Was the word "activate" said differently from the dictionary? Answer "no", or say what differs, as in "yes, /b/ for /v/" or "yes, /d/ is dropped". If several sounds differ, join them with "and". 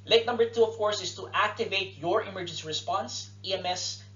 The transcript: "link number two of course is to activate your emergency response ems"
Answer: no